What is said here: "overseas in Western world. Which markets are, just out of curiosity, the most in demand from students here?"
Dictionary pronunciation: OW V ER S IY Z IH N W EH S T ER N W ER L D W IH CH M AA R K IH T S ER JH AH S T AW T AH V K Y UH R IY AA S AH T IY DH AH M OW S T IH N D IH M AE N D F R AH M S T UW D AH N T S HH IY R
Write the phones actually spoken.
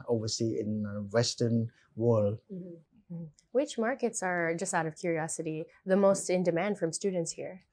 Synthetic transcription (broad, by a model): OW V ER S IY IH N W EH S T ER N W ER L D W IH CH M AA R K IH T S ER JH AH S T AW T AH V K Y UH R IY AA S AH T IY DH AH M OW S T IH N D IH M AE N D F R AH M S T UW D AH N T S HH IY R